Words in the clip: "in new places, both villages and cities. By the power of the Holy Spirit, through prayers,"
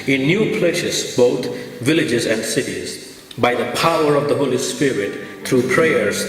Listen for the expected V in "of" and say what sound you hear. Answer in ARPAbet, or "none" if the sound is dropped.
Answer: V